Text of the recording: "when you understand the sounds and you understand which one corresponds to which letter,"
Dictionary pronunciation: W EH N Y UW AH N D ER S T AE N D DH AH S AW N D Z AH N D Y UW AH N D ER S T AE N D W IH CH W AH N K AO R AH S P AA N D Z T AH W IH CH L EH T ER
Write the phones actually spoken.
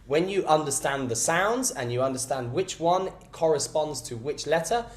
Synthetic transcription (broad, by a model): W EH N Y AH AH N D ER S T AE N DH AH S AW N D Z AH N Y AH AH N D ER S T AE N D W IH CH W AH N K AO R AH S P AA N D Z T AH W IH CH L EH T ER